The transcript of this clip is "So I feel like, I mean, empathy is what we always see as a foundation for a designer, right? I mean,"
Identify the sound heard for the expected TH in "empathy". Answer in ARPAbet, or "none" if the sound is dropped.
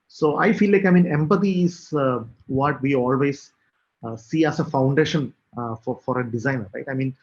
T